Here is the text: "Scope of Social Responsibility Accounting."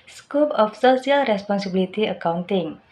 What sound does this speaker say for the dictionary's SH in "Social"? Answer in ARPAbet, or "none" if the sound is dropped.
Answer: S